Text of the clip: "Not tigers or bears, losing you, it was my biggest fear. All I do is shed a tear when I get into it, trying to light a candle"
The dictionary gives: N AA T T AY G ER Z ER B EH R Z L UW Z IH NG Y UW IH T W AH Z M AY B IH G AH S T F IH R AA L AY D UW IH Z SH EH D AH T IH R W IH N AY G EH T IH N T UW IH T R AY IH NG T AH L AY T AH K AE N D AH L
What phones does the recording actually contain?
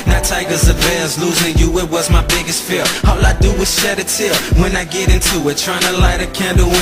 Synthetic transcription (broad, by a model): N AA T T AY G ER Z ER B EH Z L UW Z IH NG Y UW IH T W AH Z M AY B IH G AH S T F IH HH AA L AY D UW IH SH EH D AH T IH L W IH N AY G EH T IH N T UW IH T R AY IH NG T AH L AY T AH K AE N D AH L